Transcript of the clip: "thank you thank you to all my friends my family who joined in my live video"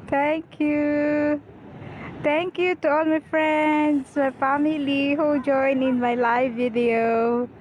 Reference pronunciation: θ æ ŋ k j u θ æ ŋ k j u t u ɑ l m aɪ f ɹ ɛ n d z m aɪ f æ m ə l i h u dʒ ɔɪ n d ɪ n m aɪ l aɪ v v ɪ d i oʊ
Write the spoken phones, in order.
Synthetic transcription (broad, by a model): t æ ŋ k j u t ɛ ŋ k j u t u ɑ l m aɪ f ɹ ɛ n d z m aɪ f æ m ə l i h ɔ dʒ ɔɪ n ɪ n m aɪ l aɪ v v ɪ d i oʊ